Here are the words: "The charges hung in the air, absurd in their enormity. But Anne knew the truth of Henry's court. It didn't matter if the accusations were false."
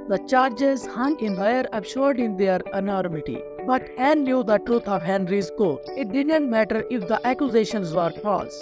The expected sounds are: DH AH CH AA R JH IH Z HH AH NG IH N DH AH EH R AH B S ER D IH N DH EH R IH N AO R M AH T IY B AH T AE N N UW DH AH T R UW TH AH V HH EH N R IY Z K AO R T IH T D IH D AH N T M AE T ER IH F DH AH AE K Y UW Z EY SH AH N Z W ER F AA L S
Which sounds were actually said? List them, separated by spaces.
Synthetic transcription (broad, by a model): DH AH CH AA R JH IH Z HH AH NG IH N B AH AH R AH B SH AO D IH N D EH R IH N AO R M AH T IY B AH T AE N L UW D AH T R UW T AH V HH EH N R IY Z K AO IH T D IH D AH N T M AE T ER IH F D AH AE K Y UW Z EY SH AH N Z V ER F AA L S